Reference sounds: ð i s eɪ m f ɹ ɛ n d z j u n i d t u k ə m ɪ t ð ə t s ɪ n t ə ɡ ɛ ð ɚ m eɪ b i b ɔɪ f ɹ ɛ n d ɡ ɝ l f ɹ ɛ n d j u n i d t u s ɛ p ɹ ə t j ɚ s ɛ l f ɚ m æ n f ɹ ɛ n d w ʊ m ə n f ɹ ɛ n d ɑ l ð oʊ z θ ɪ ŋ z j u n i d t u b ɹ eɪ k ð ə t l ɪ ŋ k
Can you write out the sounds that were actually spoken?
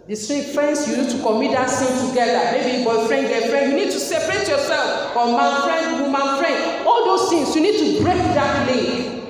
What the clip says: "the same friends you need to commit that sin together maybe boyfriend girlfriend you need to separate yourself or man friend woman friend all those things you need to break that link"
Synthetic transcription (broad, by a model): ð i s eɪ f ɹ ɛ n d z j u n i d t u k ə m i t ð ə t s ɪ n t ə ɡ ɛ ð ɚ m eɪ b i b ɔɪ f ɹ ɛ n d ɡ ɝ f ɹ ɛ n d j u n i d t u s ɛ p ɹ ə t j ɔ s ɛ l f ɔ m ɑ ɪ f ɹ ɛ n d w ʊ m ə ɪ f ɹ ɛ n d ɑ l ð oʊ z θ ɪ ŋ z j u n i d t u b ɹ eɪ k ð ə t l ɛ